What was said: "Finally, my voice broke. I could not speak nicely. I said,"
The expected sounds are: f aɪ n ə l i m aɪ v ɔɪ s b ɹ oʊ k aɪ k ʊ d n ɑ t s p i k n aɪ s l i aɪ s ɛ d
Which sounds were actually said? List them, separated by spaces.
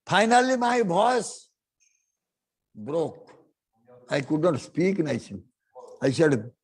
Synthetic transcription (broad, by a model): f aɪ n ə l i m aɪ b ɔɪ s b ɹ oʊ k aɪ k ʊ d n ɑ t s p i k n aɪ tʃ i aɪ s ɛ d